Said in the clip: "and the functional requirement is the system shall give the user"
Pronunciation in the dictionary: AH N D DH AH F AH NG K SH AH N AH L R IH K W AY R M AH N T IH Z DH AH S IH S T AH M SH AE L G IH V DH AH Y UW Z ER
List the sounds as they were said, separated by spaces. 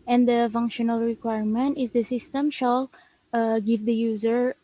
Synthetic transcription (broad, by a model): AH N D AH F AH NG K SH AH N AH L R IH K W AY R M AH N T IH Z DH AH S IH S T AH M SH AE L G IH V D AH Y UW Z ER